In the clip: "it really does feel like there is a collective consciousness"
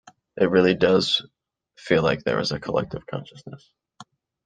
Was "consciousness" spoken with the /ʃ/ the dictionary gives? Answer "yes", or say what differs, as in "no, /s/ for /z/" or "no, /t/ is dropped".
yes